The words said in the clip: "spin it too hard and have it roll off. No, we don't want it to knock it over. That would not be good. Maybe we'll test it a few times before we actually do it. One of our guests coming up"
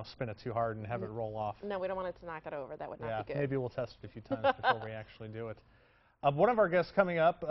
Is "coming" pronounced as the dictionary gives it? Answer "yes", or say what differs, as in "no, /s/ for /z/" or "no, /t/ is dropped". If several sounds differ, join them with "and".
yes